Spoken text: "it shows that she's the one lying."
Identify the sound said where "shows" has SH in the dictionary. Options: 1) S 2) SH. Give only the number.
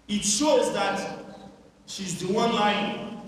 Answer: 2